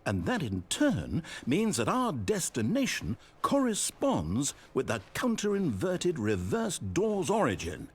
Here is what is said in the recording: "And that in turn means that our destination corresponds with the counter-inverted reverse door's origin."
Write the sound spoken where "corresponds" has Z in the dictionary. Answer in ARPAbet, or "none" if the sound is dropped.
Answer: Z